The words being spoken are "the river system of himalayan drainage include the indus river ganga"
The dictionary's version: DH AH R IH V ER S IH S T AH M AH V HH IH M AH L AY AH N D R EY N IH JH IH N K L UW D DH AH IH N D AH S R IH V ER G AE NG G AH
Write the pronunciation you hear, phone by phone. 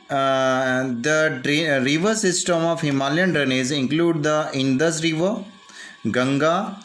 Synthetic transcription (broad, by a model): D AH R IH V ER S IH S T AH M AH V HH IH M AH L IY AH N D R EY N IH Z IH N K L UW D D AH IH N D AH S R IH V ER G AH NG G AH